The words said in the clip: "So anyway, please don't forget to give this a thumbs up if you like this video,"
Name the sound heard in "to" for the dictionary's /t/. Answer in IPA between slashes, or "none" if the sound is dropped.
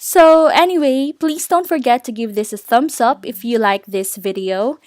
/t/